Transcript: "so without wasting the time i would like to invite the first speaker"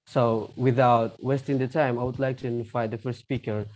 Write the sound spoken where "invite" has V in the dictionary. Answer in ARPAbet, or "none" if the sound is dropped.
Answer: F